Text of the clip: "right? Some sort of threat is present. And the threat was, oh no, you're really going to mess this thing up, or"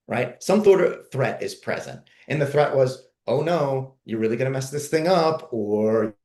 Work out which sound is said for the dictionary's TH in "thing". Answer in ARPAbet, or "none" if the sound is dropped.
TH